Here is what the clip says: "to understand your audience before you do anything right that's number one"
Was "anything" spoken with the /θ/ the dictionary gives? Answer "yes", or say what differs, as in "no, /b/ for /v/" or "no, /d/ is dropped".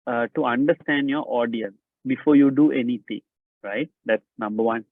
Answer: no, /t/ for /θ/